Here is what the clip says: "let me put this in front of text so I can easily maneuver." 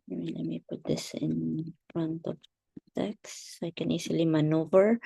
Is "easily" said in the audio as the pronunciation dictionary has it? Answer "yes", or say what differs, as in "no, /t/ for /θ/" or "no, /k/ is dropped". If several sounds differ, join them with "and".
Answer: no, /s/ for /z/